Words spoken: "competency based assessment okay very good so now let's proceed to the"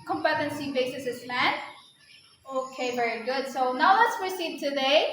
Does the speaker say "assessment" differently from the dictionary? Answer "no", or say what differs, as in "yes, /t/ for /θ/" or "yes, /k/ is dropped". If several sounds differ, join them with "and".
yes, /t/ is dropped